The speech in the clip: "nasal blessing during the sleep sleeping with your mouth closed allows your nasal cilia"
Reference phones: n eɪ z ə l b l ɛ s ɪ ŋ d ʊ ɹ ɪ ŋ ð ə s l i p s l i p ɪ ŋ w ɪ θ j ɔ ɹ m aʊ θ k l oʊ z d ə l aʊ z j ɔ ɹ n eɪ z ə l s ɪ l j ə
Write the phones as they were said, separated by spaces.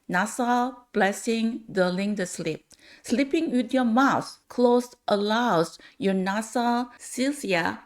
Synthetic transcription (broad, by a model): n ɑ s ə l b l ɛ s ɪ ŋ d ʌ l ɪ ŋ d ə s l i p s l i p ɪ ŋ w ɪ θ j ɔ m aʊ s k l oʊ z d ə l aʊ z j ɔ n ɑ s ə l s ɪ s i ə